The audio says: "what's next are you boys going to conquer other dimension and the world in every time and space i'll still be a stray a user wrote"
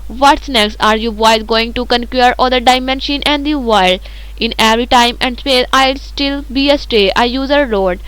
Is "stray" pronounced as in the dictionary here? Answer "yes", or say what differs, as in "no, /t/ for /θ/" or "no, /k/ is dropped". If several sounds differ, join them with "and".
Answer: no, /ɹ/ is dropped